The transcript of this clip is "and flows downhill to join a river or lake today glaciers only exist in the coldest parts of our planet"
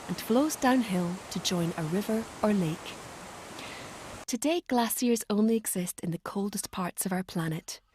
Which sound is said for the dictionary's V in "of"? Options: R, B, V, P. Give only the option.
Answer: V